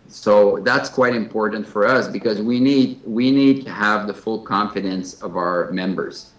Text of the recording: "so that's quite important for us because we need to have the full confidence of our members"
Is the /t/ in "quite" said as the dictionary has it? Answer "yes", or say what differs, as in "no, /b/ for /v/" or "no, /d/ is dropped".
yes